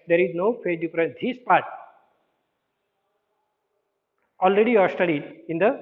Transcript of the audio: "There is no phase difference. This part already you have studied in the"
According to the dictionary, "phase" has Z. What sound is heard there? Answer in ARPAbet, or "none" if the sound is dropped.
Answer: none